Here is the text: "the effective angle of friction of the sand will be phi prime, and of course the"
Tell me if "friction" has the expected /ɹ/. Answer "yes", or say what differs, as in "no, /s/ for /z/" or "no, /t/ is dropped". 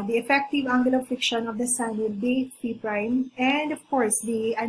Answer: no, /ɹ/ is dropped